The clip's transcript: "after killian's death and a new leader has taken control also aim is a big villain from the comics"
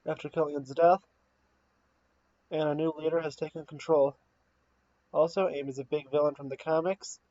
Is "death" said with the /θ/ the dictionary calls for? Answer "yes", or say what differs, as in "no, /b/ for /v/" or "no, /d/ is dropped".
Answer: yes